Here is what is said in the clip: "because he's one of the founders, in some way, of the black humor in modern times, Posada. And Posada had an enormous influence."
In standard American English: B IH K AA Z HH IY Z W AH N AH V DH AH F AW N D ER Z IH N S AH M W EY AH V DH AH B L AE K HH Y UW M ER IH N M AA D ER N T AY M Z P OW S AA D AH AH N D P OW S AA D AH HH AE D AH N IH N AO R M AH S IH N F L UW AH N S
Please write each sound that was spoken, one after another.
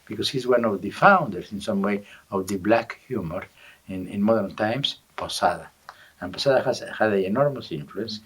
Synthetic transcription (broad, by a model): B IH K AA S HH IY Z W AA N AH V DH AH F AW N D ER S IH N S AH M W EY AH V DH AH B L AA K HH Y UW M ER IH N M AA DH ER N T AY M S P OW S AA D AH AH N P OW S AA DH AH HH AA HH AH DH IH N AO R M AH S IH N F L UW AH N S